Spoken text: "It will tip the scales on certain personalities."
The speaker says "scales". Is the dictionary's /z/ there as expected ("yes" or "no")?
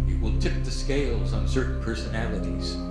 yes